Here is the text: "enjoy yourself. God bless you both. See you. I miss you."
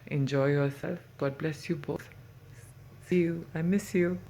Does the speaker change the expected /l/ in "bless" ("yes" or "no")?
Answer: no